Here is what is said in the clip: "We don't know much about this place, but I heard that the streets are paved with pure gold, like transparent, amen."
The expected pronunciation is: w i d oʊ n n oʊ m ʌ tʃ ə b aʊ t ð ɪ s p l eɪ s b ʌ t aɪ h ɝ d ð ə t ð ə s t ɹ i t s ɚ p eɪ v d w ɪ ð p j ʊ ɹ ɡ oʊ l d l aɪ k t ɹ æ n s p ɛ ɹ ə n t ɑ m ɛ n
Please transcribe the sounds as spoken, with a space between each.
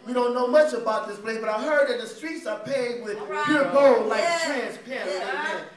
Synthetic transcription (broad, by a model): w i d oʊ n n oʊ m ʌ tʃ ə b aʊ t ð ɪ s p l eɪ b ʌ t aɪ h ɝ d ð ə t ð ə s t ɹ i t s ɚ p eɪ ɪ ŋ w ɪ ð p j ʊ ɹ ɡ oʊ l l aɪ k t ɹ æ n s p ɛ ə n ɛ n